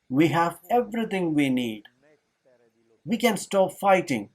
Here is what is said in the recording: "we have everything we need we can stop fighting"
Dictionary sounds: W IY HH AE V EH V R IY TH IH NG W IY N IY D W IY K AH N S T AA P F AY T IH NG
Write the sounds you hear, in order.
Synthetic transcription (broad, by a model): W IY HH AE V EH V R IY T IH NG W IY N IY D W IY K AH N S T AA P F AY T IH NG